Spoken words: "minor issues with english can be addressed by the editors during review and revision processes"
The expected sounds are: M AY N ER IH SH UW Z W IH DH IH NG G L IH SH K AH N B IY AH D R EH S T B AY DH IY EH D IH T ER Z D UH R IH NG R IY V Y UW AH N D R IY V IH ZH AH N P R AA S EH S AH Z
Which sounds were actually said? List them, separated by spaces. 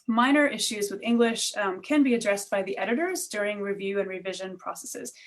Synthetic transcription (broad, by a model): M AY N ER IH SH UW Z W IH DH IH NG G L IH SH K AH N B IY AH D R EH S B AY DH IY EH D IH T ER Z D UH R IH NG R IY V Y UW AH N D R IY V IH ZH AH N P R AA S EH S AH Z